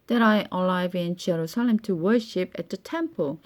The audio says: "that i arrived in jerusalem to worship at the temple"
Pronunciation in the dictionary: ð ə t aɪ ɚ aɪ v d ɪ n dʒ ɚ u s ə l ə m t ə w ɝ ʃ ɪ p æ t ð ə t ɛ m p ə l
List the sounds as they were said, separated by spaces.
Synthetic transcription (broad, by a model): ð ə t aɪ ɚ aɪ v ɪ n dʒ ɚ u s ə l ə m t ə w ɝ ʃ ɪ p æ t ð ə t ɛ m p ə l